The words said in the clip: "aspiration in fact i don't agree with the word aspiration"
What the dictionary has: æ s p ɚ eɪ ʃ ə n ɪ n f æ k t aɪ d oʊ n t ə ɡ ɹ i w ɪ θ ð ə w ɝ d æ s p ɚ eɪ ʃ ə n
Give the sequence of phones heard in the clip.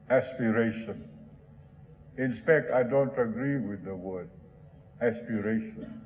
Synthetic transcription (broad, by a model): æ s p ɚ eɪ ʃ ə n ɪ n p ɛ k t aɪ d oʊ n t ə ɡ ɹ i w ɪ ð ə w ɝ d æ s p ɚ eɪ ʃ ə n